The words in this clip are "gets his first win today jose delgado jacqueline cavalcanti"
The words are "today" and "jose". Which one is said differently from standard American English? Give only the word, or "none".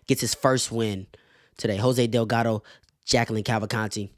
none